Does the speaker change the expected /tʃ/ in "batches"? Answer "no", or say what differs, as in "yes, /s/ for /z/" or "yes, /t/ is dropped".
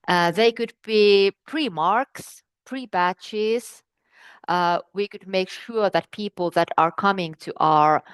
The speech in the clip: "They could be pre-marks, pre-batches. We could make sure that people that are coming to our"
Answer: no